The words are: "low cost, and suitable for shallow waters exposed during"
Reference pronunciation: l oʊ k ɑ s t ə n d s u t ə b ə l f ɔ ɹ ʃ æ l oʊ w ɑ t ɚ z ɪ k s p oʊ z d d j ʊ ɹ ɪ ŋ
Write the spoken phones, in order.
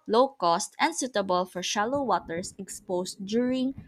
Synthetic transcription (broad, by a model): l oʊ k ɑ s t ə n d s u t ə b ə l f ɔ ɹ ʃ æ l oʊ w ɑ t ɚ s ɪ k s p oʊ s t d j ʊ ɹ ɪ ŋ